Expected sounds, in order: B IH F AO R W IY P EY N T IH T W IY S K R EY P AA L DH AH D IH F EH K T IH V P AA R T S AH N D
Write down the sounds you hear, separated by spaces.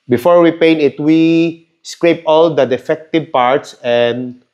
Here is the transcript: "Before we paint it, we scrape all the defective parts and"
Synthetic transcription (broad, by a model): B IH F AO R W IY P EY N IH T W IY S K R EY P AA L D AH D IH F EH K T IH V P AA R T S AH N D